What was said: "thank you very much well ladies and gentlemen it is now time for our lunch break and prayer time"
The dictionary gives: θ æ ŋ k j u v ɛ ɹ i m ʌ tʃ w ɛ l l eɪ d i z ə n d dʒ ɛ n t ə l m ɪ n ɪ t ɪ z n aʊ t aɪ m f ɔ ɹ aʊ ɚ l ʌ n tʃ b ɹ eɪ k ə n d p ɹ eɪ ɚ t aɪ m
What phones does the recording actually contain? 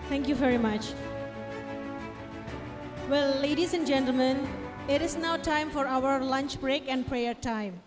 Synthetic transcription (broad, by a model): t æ ŋ k j u v ɛ ɹ i m ʌ tʃ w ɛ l l eɪ d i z ə n d dʒ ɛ n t l m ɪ n ɪ t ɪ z n aʊ t aɪ m f ɔ ɹ aʊ ɚ l ʌ n tʃ b ɹ eɪ k ə n d p ɹ eɪ ɚ t aɪ m